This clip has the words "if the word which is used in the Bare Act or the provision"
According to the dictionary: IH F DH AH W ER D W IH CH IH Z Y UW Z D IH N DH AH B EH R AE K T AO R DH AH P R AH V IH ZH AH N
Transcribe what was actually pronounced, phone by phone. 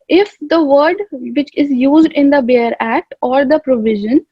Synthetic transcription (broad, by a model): IH F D AH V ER D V IH CH IH Z Y UW Z D IH N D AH B EH R AE K T AO R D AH P R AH V IH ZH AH N